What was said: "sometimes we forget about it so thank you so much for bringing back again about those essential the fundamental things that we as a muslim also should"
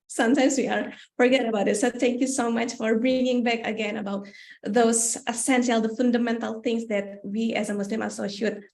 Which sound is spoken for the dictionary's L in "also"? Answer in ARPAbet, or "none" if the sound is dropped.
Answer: none